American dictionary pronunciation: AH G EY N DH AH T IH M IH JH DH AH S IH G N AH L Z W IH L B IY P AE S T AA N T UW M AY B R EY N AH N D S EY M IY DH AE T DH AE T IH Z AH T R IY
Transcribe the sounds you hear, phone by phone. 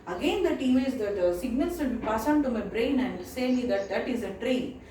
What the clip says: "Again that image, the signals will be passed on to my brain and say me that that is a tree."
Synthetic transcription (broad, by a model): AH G EY N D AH T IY M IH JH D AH S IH G N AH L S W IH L B IY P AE S AA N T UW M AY B R EY N AH N D S EY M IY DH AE T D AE T IH Z AH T R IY